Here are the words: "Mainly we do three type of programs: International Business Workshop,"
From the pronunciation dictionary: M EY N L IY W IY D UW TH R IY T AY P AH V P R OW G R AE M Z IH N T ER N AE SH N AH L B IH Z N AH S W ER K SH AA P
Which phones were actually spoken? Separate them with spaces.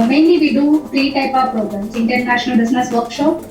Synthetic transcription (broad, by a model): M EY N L IY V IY D UW F R IY T AY P AH V P R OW G R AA M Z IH N T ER N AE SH N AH L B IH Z N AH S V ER K SH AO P